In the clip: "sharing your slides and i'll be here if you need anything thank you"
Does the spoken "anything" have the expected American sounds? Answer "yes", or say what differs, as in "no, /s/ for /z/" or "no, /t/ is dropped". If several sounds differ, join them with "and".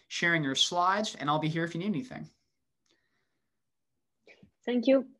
yes